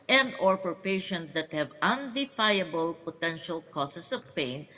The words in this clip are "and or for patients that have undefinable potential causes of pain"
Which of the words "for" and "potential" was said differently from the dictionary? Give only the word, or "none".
for